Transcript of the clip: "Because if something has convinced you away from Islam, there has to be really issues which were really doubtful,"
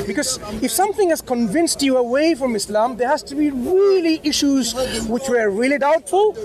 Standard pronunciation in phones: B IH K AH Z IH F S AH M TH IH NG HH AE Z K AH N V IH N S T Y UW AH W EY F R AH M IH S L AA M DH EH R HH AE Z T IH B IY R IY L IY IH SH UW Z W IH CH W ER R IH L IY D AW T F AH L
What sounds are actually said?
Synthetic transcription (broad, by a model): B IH K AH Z IH F S AH M TH IH NG HH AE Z K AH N V IH N S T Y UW AH W EY F R AH M IH S L AA M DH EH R HH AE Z T IH B IY R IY L IY IH SH UW Z W IH CH W ER R IH L IY D AW T F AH L